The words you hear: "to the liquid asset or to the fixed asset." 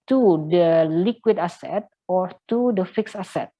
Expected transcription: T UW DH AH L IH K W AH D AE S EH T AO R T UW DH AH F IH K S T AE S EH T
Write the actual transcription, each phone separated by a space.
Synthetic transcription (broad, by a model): T UW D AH L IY K W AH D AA S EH T AO R T UW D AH F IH K S AA S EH T